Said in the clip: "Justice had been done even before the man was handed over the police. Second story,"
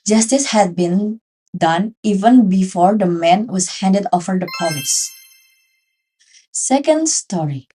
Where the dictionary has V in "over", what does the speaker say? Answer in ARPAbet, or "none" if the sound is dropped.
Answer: F